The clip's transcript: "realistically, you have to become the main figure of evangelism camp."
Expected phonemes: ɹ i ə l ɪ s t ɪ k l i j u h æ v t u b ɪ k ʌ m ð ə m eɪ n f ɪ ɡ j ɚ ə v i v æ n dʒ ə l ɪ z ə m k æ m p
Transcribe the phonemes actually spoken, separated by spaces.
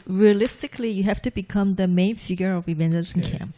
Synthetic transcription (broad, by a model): ɹ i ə l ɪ s t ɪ k l i j u h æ f t u b ɪ k ʌ m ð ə m eɪ n f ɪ ɡ j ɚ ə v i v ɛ n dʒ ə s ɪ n k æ m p